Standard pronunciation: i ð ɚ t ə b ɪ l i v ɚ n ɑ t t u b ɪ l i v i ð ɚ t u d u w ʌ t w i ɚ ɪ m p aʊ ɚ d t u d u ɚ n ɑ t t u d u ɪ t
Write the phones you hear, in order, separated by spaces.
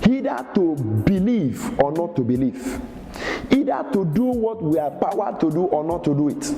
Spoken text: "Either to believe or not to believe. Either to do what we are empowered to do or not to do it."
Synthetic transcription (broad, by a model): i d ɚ t ə b ɪ l i v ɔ n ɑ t t u b ɪ l i v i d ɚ t u d u w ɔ t w i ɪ p aʊ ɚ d t u d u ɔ n ɑ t t u d u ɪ t